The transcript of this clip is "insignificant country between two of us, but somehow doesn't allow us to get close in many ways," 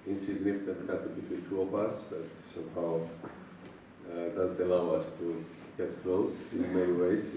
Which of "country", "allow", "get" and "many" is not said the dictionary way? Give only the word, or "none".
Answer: country